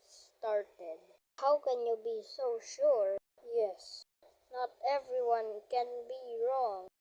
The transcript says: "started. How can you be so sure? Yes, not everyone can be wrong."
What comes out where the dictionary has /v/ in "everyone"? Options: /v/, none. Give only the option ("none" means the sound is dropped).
/v/